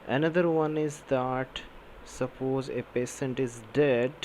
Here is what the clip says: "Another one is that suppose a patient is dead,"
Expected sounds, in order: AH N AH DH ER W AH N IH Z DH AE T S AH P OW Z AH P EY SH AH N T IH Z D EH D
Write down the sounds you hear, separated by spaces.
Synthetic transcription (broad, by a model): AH N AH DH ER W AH N IH Z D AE T S AH P OW Z AH P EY S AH N T IH Z D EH D